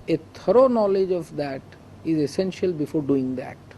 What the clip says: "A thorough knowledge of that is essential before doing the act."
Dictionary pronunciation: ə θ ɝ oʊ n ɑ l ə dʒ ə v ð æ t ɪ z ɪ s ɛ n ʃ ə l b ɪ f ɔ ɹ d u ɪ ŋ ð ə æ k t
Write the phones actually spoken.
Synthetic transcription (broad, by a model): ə t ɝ oʊ n ɑ l ə dʒ ə v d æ t ɪ z ɪ s ɛ n ʃ ə l b ɪ f ɔ ɹ d u ɪ ŋ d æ t